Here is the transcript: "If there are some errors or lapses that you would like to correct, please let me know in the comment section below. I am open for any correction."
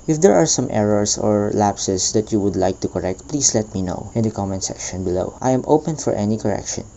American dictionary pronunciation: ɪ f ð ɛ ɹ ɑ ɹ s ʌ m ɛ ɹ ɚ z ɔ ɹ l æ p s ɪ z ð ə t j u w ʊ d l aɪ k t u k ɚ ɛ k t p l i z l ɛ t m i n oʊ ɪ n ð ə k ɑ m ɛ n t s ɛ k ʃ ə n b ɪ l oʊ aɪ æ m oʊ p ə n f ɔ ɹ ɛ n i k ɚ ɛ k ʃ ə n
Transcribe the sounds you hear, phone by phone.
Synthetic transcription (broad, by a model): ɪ f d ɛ ɹ ɑ ɹ s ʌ m ɛ ɹ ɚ s ɔ ɹ l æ p s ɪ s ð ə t j u w ʊ d l aɪ k t u k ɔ ɛ k t p l i s l ɛ t m i n oʊ ɪ n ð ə k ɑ m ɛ n s ɛ k ʃ ə n b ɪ l oʊ aɪ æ m oʊ p ə n f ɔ ɹ ɛ n i k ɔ ɛ k ʃ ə n